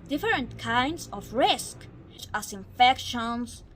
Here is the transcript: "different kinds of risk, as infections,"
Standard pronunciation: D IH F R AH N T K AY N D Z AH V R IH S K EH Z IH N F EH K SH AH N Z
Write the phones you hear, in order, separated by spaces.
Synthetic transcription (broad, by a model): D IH F R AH N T K AY N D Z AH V R IH S K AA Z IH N F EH K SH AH N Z